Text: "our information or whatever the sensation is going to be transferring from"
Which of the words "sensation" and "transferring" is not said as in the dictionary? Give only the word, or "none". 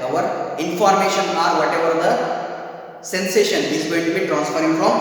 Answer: none